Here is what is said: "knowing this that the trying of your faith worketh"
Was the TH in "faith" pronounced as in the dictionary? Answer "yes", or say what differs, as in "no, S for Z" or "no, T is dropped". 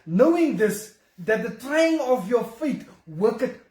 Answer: no, T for TH